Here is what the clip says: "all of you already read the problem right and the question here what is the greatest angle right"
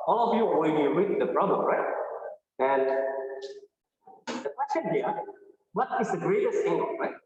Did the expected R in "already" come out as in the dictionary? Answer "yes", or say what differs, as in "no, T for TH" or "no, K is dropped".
no, W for R